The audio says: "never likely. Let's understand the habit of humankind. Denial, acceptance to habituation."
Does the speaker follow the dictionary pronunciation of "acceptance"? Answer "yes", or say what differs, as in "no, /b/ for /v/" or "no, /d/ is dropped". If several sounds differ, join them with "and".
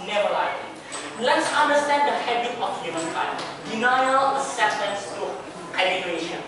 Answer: no, /k/ is dropped